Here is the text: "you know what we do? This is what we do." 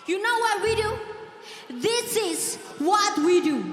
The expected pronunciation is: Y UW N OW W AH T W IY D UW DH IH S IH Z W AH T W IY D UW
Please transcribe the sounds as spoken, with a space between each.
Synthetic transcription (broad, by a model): Y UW N OW W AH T W IY D UW DH IH S IH Z W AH T W IY D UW